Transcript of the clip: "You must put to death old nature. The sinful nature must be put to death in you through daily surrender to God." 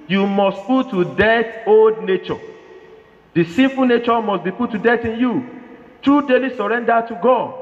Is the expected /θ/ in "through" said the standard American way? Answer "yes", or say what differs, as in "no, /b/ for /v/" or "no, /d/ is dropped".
no, /t/ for /θ/